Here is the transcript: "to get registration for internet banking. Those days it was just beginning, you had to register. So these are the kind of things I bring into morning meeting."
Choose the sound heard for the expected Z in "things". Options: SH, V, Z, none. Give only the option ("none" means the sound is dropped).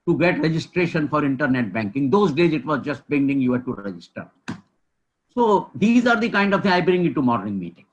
none